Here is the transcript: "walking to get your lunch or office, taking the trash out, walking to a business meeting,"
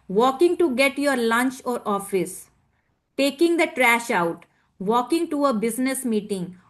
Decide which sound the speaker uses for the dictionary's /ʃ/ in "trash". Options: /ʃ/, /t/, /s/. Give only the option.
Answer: /ʃ/